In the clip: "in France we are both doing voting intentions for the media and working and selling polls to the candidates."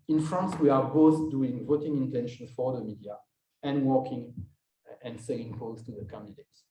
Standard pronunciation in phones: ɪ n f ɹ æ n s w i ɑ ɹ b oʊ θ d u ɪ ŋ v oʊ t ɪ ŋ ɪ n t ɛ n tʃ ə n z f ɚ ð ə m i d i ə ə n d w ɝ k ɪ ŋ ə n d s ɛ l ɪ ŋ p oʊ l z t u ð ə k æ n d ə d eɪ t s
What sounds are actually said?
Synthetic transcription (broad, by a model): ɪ n f ɹ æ n s w i ɑ ɹ b oʊ θ d u ɪ ŋ v oʊ t ɪ ŋ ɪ n t ɛ n ʃ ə n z f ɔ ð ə m i d i ə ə n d w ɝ k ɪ ŋ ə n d s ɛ ɪ ŋ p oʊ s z t u ð ə k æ n d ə d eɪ t s